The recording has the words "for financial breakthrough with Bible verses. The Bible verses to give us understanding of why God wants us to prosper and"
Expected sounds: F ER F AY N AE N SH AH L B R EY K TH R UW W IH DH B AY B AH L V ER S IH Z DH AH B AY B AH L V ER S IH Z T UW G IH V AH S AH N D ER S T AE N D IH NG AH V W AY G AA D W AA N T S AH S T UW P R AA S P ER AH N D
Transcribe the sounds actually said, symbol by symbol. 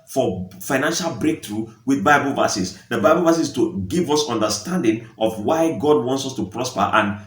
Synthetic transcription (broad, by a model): F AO F AY N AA N SH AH L B R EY K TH R UW W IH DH B AY B AH L V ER S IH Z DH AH B AY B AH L V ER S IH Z T UW G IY V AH S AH N D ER S T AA N D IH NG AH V W AY G AA D W AA N T S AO S T UW P R AA S P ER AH N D